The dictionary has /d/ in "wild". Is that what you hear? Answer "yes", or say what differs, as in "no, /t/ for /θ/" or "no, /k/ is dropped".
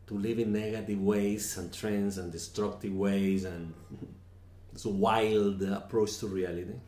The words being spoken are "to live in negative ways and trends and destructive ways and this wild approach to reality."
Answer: yes